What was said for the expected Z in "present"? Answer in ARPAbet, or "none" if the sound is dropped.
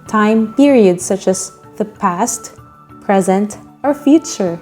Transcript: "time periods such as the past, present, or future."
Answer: Z